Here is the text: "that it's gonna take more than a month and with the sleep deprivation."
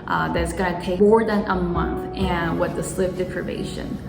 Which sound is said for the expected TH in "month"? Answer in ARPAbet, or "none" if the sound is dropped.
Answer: TH